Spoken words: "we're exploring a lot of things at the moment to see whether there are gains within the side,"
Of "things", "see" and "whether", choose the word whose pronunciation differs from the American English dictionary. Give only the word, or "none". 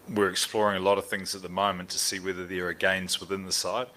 none